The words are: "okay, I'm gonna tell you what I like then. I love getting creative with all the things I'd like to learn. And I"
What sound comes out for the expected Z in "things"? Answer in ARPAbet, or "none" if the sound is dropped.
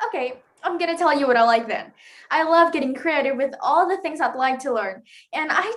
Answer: Z